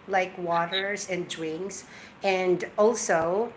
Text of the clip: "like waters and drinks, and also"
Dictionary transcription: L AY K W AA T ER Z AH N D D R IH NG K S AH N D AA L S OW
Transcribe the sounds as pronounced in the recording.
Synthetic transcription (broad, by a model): L AY K W AA T ER Z AH N D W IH NG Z AH N D AA L S OW